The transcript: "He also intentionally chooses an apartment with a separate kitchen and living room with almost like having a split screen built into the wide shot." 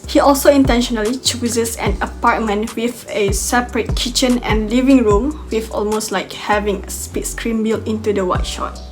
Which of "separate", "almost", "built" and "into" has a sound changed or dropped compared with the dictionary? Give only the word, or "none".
built